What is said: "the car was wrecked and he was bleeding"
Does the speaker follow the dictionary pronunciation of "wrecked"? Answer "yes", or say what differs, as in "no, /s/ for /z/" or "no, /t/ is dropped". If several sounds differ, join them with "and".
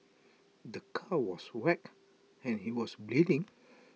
no, /t/ is dropped